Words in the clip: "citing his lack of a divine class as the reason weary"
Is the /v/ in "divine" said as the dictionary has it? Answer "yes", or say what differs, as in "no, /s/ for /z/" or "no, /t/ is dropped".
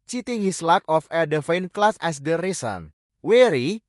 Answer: no, /f/ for /v/